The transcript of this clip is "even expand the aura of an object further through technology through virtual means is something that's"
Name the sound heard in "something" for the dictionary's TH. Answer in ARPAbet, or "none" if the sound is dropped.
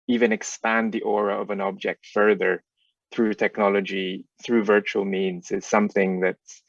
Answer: TH